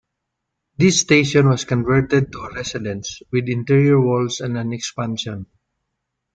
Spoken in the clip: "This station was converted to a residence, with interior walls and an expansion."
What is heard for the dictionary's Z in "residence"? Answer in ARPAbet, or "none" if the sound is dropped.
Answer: S